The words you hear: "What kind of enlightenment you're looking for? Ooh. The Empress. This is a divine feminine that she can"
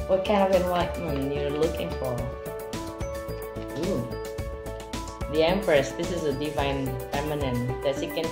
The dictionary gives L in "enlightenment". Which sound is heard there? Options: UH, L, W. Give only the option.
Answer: W